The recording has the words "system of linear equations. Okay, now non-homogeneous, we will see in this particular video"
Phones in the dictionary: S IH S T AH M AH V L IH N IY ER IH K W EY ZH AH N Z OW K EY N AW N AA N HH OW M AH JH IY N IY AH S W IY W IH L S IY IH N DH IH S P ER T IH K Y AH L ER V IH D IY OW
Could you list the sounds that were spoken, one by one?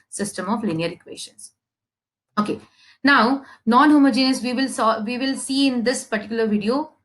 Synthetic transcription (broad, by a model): S IH S T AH M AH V L IH N IY ER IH K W EY SH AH N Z OW K EY N AW N AA N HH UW M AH JH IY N IY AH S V IY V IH L S IY IH N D IH S P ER T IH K Y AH L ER V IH D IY OW